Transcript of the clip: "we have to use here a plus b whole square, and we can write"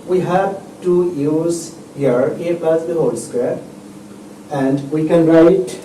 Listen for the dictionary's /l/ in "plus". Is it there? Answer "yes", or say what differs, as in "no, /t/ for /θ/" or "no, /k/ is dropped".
no, /l/ is dropped